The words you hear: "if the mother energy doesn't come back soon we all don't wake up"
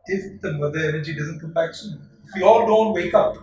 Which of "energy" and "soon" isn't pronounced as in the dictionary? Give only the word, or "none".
soon